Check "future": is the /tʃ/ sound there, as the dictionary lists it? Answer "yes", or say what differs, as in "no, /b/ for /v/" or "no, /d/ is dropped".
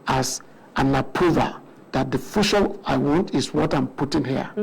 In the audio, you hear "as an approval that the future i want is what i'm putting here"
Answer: no, /ʃ/ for /tʃ/